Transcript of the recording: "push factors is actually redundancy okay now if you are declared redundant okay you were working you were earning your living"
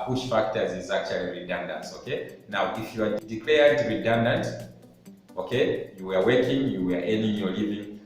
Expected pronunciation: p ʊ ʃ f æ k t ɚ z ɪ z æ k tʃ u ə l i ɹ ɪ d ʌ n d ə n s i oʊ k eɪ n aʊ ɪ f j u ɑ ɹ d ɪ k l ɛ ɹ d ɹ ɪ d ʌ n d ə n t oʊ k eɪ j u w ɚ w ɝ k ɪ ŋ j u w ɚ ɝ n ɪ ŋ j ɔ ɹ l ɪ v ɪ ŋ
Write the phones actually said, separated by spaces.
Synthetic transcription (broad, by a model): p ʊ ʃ f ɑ k t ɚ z ɪ z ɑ k tʃ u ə l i ɹ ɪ d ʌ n d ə n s oʊ k eɪ n aʊ ɪ f j u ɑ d d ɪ k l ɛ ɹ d ɹ ɪ d ʌ n d ə n t oʊ k eɪ j u w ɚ w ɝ k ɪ ŋ j u w ɚ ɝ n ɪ ŋ j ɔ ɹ l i v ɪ ŋ